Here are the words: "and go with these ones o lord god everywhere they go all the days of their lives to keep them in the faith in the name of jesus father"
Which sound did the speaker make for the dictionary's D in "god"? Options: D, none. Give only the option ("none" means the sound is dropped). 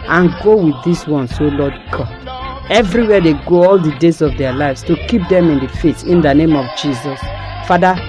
none